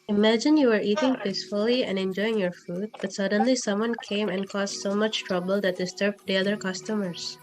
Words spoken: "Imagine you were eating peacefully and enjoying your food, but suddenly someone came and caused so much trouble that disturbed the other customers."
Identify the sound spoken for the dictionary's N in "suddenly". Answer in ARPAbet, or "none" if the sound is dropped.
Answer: N